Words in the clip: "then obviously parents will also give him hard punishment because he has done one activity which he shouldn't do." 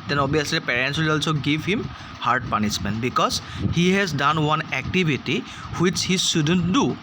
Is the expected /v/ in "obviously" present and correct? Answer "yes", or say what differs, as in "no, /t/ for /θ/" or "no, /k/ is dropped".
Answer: no, /v/ is dropped